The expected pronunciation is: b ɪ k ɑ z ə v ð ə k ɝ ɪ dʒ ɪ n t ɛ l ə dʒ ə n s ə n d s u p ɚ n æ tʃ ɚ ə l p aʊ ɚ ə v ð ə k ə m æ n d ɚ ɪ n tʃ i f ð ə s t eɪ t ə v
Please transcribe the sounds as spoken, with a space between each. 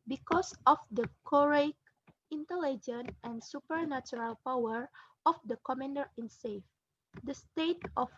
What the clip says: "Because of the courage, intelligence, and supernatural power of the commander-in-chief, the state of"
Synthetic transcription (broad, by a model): b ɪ k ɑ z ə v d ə k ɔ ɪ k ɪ n t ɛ l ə dʒ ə n ə n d s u p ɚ n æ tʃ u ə l p aʊ ɚ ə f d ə k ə m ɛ n d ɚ ɪ n s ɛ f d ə s t eɪ t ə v